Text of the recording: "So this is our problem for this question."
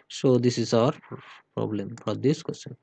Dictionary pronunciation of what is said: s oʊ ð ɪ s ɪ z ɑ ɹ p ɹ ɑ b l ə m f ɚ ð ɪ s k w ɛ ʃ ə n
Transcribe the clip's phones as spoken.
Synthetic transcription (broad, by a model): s oʊ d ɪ s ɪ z ɑ ɹ p ɹ ɑ b l ə m p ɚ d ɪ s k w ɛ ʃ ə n